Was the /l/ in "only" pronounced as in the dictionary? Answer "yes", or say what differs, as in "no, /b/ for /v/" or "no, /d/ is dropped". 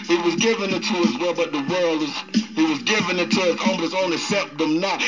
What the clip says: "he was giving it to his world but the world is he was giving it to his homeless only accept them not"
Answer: no, /l/ is dropped